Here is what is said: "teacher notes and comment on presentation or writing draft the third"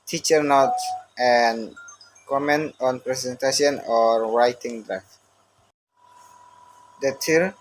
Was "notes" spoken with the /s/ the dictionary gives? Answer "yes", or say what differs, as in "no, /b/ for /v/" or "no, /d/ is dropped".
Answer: no, /s/ is dropped